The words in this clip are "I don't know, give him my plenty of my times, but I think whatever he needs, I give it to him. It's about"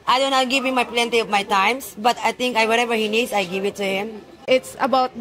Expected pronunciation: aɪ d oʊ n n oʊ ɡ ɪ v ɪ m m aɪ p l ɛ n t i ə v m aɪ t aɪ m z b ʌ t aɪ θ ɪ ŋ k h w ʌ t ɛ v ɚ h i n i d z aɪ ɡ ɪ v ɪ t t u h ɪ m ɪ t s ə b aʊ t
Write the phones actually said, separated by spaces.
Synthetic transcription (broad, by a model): aɪ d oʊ n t ɡ ɪ v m m aɪ p l ɛ n t i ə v m aɪ t aɪ m s b ʌ t aɪ t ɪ ŋ k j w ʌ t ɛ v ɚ h i n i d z aɪ ɡ ɪ v ɪ t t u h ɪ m ɪ t s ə b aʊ t